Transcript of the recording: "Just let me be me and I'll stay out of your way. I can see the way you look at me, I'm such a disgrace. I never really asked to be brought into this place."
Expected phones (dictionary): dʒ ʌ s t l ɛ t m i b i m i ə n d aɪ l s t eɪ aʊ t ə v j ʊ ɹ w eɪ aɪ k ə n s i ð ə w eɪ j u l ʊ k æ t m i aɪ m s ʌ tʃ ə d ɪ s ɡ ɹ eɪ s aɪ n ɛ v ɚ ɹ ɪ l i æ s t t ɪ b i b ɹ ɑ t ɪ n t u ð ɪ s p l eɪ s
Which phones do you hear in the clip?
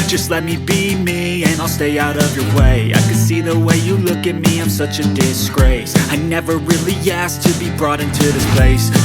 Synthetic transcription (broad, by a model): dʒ ʌ s t l ɛ t m i b i m i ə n aɪ l s t eɪ aʊ t ə v j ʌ ɹ w eɪ aɪ k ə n s i ð ə w eɪ j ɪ l ʊ k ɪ t m i aɪ m s ʌ tʃ ə d ɪ s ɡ ɹ eɪ s aɪ n ɛ v ɚ ɹ ɪ l i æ s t t ɪ b i b ɹ ɑ t ɪ n t u ð ɪ s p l eɪ s